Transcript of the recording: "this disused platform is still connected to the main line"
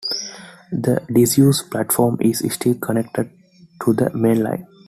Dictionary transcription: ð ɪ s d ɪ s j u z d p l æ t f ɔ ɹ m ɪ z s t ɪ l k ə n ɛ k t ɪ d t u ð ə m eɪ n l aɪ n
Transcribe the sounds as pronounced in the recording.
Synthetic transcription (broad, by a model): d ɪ d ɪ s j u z p l æ t f ɔ ɹ m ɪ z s t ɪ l k ə n ɛ k t ɪ d t u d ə m eɪ n l aɪ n